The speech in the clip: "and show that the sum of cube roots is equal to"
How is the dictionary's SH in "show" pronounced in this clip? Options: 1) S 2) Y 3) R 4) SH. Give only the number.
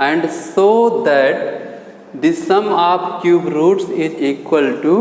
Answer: 1